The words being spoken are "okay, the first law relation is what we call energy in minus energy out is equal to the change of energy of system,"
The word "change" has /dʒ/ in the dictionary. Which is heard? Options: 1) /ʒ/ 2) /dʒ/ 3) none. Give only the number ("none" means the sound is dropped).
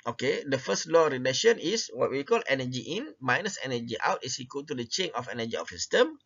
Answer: 3